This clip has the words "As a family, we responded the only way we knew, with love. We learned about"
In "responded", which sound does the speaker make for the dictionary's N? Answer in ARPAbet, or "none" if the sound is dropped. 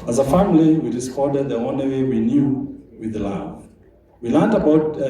none